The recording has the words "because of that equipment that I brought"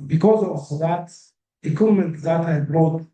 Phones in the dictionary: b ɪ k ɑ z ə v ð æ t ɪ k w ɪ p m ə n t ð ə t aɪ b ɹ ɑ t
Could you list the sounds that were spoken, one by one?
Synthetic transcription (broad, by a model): b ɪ k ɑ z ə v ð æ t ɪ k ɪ m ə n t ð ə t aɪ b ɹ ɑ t